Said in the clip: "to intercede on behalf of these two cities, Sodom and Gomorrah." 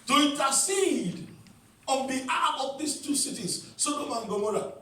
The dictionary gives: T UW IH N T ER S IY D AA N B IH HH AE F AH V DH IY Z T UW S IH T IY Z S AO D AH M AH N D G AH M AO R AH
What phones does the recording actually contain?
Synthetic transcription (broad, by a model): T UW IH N T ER S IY D AA N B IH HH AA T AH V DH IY S T UW S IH T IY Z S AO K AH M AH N G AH M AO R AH